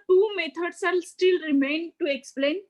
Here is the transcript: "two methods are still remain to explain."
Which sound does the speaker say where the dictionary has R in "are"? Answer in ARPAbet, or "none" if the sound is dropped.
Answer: L